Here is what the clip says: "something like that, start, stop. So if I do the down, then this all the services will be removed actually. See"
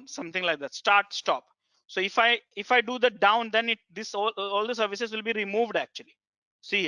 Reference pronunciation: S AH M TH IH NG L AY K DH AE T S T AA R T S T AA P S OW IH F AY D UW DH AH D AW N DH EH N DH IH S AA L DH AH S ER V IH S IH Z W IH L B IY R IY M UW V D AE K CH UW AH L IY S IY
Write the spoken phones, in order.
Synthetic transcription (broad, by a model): S AH M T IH NG L AY K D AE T S T AA R T S T AA P S OW IH F AY D UW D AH D AW N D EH N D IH S AA L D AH S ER V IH S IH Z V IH L B IY R IY M UW V D AE K CH UW AH L IY S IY